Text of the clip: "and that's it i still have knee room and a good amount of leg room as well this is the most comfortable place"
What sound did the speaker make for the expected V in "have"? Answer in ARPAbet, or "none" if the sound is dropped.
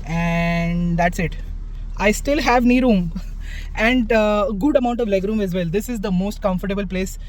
V